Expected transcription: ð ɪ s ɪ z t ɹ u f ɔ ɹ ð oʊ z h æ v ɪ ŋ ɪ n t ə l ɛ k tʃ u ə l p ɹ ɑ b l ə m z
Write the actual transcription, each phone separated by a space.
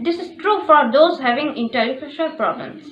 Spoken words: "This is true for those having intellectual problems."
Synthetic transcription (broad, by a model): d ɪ s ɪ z t ɹ u f ɔ ɹ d oʊ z h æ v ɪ ŋ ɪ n t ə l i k u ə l p ɹ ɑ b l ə m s